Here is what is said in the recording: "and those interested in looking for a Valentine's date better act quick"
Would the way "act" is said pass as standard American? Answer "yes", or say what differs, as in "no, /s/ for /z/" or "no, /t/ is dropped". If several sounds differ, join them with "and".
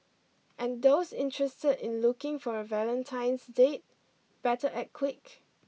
no, /k/ is dropped